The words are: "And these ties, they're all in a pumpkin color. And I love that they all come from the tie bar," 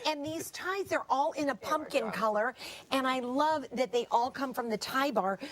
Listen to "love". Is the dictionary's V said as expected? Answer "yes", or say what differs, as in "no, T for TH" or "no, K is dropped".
yes